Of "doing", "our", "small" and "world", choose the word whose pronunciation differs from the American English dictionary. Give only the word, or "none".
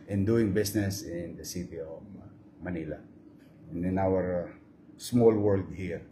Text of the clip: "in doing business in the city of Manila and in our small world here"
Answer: none